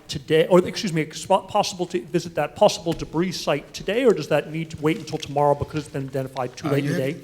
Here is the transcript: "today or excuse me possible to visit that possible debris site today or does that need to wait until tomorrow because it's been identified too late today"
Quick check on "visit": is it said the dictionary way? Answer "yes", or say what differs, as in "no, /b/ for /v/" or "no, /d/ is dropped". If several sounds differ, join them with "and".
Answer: yes